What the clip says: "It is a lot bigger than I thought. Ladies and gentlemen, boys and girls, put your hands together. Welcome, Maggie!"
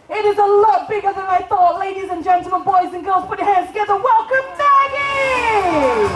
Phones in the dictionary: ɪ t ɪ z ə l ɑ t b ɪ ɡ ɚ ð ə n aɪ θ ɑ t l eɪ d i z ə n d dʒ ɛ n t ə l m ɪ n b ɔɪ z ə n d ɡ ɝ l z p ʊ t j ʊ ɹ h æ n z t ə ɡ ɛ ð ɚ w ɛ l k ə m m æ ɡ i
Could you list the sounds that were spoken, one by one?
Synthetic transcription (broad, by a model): ɪ t ɪ z ə l ɑ t b ɪ ɡ ɚ ð ə n aɪ θ ɑ t l eɪ d i z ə n dʒ ɛ n t l m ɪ n b ɔɪ z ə n ɡ ɝ l z p ʊ t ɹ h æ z t ə ɡ ɛ ð ɚ w ɛ l k ə m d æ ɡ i